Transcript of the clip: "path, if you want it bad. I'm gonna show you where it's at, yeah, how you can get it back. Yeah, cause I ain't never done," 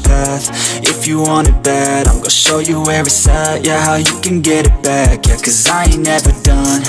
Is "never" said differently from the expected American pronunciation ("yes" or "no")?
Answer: no